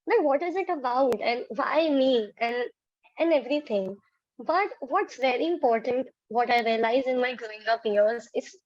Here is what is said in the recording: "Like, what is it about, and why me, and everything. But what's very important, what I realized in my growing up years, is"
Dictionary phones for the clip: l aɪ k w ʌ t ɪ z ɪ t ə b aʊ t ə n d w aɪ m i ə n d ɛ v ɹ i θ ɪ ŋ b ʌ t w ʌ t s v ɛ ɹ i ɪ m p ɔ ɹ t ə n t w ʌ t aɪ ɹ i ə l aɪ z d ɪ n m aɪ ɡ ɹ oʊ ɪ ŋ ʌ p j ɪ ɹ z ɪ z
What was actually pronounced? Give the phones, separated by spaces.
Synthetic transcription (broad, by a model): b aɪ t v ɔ t ɪ z ɪ t ə b aʊ t ə n d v aɪ m i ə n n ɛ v ɹ i t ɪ ŋ b ʌ t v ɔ t s v ɛ ɹ i ɪ m p ɔ ɹ t ə n t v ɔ t aɪ ɹ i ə l aɪ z ɪ n m aɪ ɡ ɹ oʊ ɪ ŋ ʌ p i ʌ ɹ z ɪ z